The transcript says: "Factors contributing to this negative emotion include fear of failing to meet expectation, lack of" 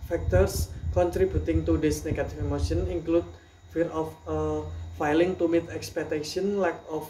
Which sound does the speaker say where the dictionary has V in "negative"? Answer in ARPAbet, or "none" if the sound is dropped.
F